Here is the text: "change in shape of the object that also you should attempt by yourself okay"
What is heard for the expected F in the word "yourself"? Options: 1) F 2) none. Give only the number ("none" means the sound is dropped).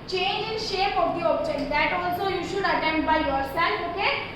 2